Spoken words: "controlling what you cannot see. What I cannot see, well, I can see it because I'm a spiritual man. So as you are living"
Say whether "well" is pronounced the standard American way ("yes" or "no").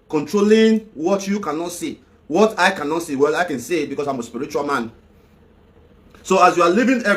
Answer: yes